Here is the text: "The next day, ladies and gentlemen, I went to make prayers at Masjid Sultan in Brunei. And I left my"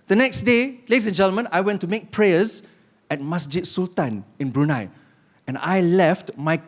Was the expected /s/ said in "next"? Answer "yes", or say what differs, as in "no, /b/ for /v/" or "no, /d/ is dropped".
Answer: yes